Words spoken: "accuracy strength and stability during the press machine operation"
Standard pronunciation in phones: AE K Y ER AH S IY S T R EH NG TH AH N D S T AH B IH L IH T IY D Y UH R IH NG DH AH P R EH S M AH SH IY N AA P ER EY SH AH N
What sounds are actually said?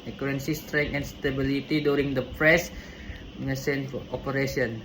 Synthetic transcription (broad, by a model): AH K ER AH S IY S T R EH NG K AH N S T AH B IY L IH T IY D Y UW R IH NG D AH P R EH S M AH S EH N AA P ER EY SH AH N